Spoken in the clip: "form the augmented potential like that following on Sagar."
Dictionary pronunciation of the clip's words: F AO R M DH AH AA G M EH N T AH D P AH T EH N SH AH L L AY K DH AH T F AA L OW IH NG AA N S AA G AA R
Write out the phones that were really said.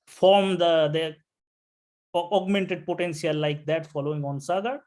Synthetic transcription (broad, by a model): F AO R M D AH AA G M EH N T AH D P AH T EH N S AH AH L AY K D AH T F AA L OW IH NG AA N S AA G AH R